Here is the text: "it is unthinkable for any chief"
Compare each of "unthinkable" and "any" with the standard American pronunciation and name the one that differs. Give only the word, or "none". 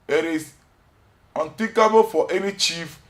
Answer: unthinkable